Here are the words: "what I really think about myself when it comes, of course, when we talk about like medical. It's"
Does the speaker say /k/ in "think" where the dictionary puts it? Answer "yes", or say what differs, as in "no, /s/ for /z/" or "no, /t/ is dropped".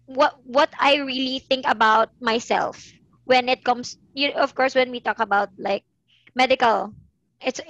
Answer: yes